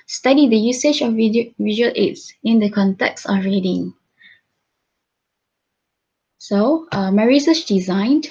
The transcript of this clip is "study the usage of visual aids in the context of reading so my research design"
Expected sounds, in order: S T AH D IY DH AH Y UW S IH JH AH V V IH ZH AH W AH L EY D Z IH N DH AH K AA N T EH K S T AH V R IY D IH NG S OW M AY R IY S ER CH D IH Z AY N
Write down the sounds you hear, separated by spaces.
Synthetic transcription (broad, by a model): S T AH D IY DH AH Y UW S IH JH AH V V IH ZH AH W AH L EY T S IH N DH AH K AA N T EH K S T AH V R IY D IH NG S OW M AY R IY S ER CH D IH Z AY N